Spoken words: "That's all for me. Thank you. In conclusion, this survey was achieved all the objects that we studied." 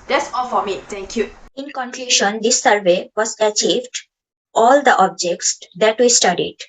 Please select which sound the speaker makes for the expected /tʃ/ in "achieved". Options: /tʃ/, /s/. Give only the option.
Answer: /tʃ/